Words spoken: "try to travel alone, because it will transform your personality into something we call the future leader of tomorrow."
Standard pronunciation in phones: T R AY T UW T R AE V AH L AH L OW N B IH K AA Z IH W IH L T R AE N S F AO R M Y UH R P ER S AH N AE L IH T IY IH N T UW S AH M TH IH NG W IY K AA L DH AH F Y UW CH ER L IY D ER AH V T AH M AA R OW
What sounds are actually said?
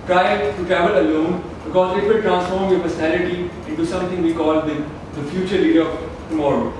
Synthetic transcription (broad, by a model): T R AY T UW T AE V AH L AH L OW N B IH K AA Z IH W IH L T R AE N S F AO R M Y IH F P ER S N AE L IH T IY IH N T UW S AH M T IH NG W IY K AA L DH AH F Y UW CH ER L IY D ER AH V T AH M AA R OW